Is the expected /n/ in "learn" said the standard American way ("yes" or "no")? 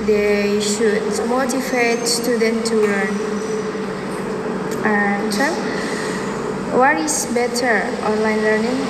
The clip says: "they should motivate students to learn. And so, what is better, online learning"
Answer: yes